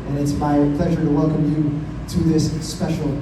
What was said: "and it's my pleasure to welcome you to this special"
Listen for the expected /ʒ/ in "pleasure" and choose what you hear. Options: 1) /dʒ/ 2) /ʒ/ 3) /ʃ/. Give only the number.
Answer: 2